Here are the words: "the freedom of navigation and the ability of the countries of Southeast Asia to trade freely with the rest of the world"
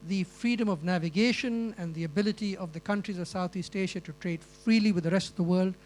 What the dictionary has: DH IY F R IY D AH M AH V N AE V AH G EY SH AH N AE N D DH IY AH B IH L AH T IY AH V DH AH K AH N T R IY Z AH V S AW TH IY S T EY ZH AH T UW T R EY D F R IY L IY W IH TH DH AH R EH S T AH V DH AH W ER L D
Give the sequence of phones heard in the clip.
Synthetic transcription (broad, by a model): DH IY F R IY D AH M AH V N AE V AH G EY SH AH N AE N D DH IY AH B IH L AH T IY AH V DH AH K AH N T R IY Z AH V S AW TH IY S T EY SH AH T UW T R EY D F R IY L IY W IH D DH AH R EH S T AH V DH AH W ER L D